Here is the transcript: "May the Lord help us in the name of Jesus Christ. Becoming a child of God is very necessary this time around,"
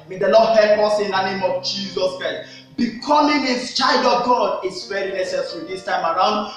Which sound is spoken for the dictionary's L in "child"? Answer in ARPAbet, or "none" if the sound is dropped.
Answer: L